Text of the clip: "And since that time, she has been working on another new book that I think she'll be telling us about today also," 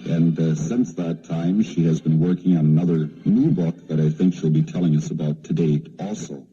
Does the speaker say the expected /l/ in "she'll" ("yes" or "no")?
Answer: yes